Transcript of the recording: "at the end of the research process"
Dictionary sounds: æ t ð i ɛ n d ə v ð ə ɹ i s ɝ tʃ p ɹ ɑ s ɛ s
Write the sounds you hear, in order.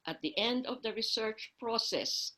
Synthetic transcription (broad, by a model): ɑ t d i ɛ n d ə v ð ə ɹ i s ɝ tʃ p ɹ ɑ s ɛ s